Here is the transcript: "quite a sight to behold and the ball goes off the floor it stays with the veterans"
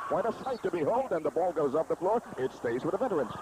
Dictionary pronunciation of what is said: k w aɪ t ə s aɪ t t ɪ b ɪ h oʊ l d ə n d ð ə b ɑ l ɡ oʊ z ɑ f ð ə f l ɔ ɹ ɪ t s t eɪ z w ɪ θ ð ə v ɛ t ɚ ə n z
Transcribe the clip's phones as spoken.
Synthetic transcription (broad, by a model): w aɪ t ə s aɪ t t ɪ b ɪ h oʊ l d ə n ð ə b ɑ l ɡ oʊ z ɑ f ð ə f l ɔ ɹ ɪ t s t eɪ z w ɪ ð ə v ɛ t ɚ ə n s